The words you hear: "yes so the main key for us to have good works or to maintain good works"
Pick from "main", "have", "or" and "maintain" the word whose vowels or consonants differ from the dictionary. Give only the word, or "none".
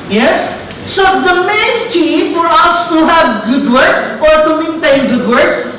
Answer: none